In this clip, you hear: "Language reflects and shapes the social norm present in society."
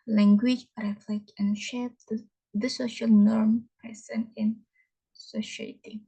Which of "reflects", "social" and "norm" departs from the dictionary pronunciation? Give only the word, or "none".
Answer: reflects